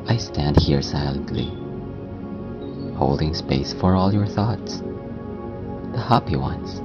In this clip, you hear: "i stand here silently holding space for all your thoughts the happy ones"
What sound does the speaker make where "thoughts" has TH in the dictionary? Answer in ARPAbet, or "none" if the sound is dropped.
TH